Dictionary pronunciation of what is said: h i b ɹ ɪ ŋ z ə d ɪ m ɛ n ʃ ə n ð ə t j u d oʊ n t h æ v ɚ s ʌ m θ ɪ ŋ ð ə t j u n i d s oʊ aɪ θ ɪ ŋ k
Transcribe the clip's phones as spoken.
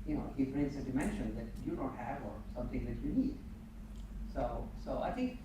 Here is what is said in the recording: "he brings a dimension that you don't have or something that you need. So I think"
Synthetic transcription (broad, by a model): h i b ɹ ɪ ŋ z ə d ɪ m ɛ n ʃ ə n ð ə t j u d oʊ n t h æ v ɚ s ʌ m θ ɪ ŋ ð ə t j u n i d s oʊ aɪ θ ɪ ŋ k